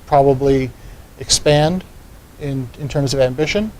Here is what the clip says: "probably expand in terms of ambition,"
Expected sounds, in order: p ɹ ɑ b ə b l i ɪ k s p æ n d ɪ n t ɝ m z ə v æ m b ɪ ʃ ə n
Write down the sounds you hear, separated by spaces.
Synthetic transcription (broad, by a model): p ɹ ɑ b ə b l i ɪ k s p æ n d ɪ n t ɝ m z ə v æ m b ɪ ʃ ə n